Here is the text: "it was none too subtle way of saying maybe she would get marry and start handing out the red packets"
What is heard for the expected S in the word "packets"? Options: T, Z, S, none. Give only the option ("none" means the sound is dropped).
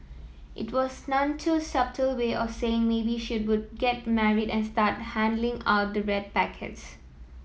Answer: S